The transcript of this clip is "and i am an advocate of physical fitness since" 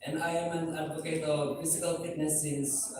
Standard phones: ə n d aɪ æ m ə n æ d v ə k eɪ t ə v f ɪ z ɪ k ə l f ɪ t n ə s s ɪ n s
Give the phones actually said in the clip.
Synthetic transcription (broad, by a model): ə n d aɪ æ m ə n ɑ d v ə k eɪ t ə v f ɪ s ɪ k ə l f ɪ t n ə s s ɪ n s